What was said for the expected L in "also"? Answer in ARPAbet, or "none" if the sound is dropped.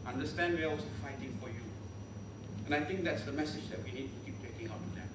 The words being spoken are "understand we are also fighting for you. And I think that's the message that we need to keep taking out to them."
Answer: none